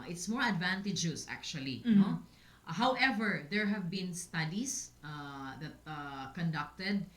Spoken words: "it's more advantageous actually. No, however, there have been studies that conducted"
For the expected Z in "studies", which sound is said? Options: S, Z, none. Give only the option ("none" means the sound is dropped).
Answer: S